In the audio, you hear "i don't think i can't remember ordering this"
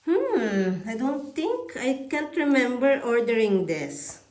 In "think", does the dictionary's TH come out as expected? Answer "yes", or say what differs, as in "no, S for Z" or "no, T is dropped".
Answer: no, T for TH